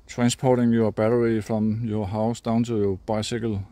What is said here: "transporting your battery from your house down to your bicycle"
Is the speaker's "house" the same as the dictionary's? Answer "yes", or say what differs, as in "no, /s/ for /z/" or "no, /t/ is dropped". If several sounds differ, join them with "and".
yes